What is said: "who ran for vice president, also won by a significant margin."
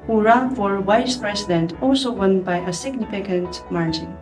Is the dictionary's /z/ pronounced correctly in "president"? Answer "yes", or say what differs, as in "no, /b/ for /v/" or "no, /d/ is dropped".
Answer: no, /s/ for /z/